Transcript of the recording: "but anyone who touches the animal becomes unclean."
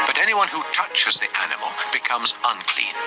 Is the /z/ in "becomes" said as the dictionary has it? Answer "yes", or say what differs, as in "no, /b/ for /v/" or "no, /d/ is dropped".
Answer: yes